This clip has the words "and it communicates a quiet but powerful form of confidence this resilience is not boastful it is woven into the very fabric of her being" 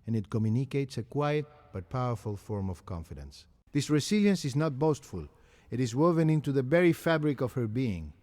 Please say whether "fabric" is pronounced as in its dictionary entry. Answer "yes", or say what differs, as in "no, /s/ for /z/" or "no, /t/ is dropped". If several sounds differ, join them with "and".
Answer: yes